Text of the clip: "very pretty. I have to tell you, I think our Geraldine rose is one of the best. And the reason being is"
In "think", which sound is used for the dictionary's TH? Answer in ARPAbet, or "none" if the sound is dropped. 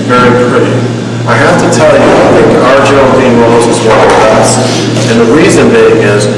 TH